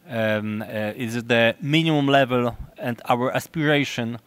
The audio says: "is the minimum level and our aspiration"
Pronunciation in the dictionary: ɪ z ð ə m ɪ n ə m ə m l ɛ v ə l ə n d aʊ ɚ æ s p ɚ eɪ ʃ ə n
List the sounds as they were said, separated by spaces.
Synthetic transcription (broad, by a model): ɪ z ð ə m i n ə m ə m l ɛ v ə l ə n d aʊ ɚ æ s p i eɪ ʃ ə n